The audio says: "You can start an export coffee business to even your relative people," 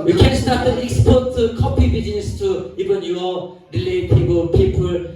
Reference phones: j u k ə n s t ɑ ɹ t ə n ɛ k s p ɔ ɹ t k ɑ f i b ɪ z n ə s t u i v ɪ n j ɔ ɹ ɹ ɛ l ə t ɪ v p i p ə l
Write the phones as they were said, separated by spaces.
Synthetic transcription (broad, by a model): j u k ə n s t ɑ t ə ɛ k s p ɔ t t k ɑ p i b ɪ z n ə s t u i v ɪ n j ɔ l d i l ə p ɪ p p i p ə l